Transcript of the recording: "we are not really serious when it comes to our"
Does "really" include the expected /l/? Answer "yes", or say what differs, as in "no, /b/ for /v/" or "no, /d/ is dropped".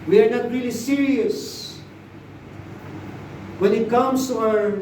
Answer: yes